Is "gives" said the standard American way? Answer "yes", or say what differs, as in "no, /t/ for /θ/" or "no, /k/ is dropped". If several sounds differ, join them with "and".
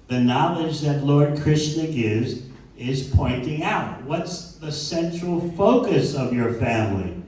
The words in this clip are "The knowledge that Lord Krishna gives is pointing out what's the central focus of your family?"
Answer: yes